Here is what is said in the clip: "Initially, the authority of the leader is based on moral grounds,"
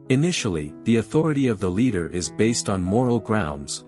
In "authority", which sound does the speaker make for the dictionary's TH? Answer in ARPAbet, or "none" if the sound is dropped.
TH